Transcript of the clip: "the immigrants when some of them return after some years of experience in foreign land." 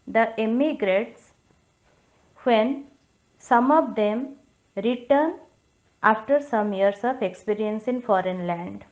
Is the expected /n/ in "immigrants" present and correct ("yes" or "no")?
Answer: no